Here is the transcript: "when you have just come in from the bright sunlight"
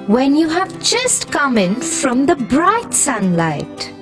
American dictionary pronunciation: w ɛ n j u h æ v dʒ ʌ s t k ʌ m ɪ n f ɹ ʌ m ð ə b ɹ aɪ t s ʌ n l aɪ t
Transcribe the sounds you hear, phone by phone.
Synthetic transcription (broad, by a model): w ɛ n j u h æ v dʒ ʌ s t k ʌ m ɪ n f ɹ ʌ m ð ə b ɹ aɪ t s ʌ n l aɪ t